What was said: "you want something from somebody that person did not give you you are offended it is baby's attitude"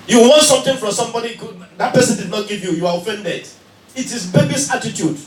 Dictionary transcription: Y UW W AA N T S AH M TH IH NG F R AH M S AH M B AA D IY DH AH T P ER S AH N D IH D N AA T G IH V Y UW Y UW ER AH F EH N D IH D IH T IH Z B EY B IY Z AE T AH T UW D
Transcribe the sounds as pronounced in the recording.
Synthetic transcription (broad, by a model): Y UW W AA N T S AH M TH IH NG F R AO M S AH M B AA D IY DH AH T P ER S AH N D IH D N AA T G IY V Y UW Y UW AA AH F EH N D IH D IH T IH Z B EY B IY S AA T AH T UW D